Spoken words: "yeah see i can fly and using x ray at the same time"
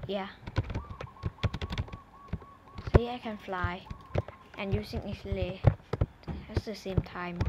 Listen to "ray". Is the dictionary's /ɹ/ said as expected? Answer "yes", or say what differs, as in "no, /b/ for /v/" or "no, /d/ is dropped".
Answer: no, /l/ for /ɹ/